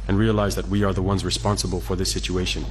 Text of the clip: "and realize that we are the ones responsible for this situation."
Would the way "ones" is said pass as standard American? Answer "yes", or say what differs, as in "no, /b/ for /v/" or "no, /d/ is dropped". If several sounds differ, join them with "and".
yes